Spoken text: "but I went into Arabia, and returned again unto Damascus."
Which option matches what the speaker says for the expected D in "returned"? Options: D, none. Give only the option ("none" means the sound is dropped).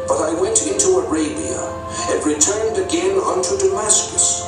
D